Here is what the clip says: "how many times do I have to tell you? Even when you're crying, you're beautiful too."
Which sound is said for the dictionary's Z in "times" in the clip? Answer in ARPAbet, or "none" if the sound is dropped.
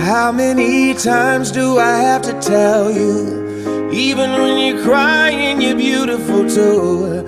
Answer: Z